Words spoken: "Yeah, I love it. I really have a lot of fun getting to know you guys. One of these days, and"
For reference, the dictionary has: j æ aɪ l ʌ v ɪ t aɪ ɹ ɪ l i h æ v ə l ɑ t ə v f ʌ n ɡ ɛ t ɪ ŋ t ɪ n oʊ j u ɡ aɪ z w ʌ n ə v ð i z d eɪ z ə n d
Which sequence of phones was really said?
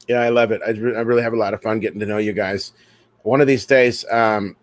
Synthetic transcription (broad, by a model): j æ aɪ l ʌ v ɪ t aɪ ɹ ɪ l i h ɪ v ə l ɑ t ə v f ʌ n ɡ ɛ t ɪ ŋ t ɪ n oʊ j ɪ ɡ aɪ z w ʌ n ə v ð i z d eɪ z ə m